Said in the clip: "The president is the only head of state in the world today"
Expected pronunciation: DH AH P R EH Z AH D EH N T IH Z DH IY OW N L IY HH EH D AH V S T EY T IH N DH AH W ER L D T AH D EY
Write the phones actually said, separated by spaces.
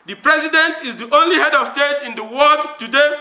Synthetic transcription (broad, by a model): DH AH P R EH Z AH D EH N T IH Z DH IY OW N L IY HH EH D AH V S T EY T IH N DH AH W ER D T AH D EY